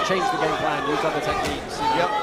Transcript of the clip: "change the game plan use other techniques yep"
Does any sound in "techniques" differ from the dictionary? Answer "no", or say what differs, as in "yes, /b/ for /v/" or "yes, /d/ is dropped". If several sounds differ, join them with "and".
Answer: yes, /n/ is dropped and /k/ is dropped